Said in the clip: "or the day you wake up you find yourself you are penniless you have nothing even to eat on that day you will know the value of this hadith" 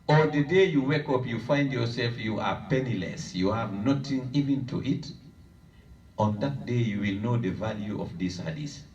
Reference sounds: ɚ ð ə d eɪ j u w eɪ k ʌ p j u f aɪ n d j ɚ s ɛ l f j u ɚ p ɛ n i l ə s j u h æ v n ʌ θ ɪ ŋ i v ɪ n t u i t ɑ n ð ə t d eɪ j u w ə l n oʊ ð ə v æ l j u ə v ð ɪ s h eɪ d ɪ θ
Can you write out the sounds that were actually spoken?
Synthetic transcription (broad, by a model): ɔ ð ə d eɪ j u w eɪ k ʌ p j u f aɪ n d j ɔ s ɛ l f j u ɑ p ɛ n i l ə s j u h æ v n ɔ t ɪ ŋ i v ɪ n t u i t ɑ n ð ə t d eɪ j u w ə l n oʊ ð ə v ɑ l j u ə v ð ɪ s h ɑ d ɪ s